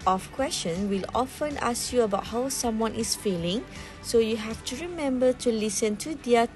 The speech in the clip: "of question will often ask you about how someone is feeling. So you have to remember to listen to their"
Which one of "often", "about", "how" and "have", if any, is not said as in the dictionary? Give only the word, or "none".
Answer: have